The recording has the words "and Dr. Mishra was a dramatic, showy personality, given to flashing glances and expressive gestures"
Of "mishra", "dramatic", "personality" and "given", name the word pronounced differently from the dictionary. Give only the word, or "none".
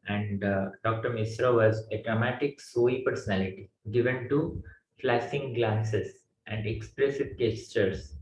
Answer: mishra